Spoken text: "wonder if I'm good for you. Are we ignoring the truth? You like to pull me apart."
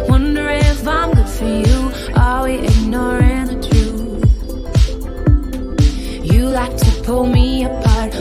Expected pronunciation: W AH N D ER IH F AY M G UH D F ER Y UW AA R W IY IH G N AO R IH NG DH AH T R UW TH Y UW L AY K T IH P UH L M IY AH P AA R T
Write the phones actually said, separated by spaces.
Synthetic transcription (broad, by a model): W AH N D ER IH F AY M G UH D F ER Y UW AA L W IY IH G N AO R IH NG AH T R UW TH Y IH L AY K T IH P UH L M IY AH P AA R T